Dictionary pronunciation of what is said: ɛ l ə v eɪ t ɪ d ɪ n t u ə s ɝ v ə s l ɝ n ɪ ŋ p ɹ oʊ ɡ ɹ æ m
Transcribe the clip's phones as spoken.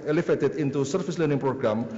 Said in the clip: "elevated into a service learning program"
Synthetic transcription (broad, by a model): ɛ l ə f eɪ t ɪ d ɪ n t u s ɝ f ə s l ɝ n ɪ ŋ p ɹ oʊ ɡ ɹ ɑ m